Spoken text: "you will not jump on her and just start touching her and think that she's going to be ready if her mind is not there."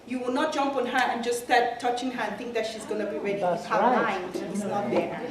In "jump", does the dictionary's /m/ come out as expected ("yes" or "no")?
yes